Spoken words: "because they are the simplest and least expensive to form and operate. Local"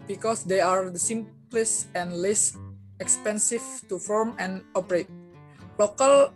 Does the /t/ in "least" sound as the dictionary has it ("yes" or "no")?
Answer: no